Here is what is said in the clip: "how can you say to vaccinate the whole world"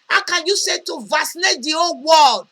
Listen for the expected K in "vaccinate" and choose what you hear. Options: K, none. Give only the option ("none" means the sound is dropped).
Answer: none